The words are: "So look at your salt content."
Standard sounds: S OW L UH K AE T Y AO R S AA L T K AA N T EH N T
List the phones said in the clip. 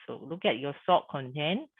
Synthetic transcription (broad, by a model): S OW L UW K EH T Y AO S AA T K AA N T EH N